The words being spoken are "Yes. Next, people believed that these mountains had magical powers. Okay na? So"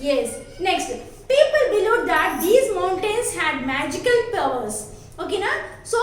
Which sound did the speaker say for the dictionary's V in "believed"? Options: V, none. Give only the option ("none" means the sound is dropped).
none